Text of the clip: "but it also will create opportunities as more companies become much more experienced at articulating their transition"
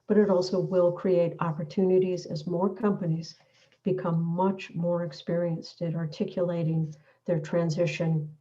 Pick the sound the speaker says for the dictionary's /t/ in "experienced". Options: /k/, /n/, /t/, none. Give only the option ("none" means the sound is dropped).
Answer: /t/